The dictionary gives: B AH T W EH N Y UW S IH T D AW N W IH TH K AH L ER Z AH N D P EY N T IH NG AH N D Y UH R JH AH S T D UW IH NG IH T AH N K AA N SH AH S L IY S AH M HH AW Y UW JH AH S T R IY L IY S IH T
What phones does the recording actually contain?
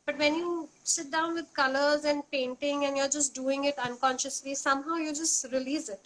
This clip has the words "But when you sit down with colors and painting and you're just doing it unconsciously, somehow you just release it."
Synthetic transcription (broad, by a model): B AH T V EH N Y UW S IH T D AW N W IH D K AH L ER Z AH N D P EY N T IH NG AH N Y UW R JH AH S T D UW IH NG IH T AH N K AA N SH AH S L IY S AH M HH AW Y UW JH AH S T R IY L IY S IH T